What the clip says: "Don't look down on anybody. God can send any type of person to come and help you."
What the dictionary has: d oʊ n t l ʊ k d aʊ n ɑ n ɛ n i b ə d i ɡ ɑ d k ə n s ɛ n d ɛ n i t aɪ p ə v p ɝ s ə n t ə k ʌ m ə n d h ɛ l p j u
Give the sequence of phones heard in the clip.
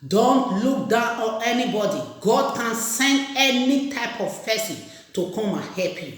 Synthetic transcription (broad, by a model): d oʊ n t l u k d aʊ n ɑ n ɛ n i b ə d i ɡ ɑ d k ə n s ɛ n d ɛ n i t aɪ p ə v f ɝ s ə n t ə k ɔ m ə h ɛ p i